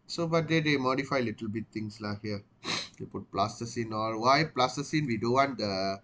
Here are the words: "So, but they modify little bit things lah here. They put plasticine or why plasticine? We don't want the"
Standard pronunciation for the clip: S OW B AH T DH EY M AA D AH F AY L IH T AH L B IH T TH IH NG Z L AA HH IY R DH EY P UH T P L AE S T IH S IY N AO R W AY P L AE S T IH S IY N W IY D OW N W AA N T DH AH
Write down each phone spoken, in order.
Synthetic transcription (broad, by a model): S OW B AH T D EY M AA D AH F AY L IH T AH L B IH T T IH NG S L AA HH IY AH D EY P UH T P L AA S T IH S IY N AO L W AY P L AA S T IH S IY N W IY D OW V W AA N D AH